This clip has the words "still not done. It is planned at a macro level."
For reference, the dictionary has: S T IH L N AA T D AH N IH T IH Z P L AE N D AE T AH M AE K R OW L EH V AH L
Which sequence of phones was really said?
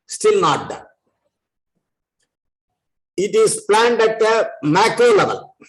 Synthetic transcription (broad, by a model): S T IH L N AA T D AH IH T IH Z P L AE N D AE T AH M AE K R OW L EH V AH L